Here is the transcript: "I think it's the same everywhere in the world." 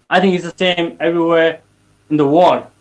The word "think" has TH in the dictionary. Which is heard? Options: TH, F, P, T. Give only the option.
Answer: TH